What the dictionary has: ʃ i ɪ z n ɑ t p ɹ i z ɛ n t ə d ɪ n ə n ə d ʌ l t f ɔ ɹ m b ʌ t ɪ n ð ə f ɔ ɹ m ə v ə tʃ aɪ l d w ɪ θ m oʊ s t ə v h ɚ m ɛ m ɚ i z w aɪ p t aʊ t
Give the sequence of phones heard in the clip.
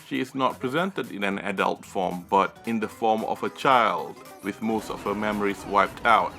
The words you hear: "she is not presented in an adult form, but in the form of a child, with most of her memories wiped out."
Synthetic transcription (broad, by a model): ʃ i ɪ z n ɑ t p ɹ i z ɛ n t ə d ɪ n ə n ə d ʌ l t f ɔ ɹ m b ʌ t ɪ n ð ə f ɔ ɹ m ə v ə tʃ aɪ l d w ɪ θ m oʊ s t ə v h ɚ m ɛ m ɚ i s w aɪ p t aʊ t